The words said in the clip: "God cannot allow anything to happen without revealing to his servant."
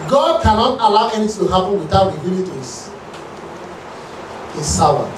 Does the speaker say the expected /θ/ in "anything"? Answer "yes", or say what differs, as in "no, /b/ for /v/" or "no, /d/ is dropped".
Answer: no, /t/ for /θ/